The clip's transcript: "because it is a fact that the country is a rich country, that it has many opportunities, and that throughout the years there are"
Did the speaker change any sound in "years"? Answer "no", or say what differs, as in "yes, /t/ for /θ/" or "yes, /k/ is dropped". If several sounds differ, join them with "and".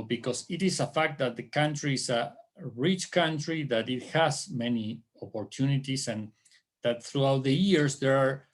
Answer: yes, /s/ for /z/